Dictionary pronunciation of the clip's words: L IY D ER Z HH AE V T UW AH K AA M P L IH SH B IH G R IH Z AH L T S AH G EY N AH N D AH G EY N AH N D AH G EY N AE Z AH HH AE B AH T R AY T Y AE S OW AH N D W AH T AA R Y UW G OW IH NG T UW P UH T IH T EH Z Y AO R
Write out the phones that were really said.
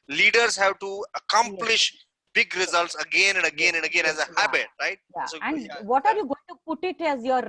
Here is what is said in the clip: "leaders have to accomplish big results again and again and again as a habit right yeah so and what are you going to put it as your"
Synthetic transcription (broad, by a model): L IY D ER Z HH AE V T UW AH K AA M P L IH SH B IH G R IH Z AH L T S AH G EY N AH N D AH G EY N AH N D AH G EY N AE Z AH HH AE B AH T R AY T Y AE S OW AH N D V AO T AA R Y UW G OW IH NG T UW P UH T IH T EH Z Y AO R